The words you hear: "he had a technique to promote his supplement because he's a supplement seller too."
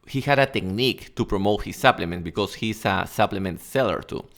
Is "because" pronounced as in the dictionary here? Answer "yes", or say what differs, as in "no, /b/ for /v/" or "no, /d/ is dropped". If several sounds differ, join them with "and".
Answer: no, /s/ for /z/